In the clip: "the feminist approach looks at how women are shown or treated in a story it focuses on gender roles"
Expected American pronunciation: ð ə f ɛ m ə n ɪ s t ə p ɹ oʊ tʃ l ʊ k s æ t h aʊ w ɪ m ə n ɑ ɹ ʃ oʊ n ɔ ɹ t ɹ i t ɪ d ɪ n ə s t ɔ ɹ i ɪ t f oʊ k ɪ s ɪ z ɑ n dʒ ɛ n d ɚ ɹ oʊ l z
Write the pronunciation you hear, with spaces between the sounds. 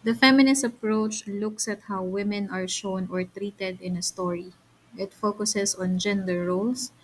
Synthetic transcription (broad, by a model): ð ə f ɛ m ə n ɪ s t ə p ɹ oʊ tʃ l ʊ k s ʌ t h aʊ w ɪ m ə n ɑ ɹ ʃ oʊ n ɔ ɹ t ɹ i t ɪ d ɪ n ə s t ɔ ɹ i ɪ t f oʊ k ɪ s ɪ s ɑ n dʒ ɛ n d ɚ ɹ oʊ l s